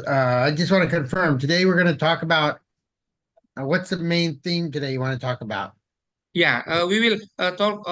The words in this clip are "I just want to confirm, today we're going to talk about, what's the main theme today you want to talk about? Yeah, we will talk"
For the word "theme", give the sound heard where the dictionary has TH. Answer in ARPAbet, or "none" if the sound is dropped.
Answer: TH